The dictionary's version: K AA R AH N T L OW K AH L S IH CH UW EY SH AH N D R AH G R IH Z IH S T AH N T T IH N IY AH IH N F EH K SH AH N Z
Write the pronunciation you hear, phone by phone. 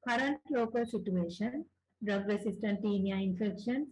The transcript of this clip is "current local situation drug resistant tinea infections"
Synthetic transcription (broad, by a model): K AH R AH N T L OW K AH L S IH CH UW EY SH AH N D R AH G R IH S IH S T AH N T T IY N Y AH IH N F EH K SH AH N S